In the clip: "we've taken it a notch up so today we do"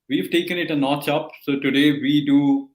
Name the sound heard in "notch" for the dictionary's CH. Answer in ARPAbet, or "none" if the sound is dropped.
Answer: CH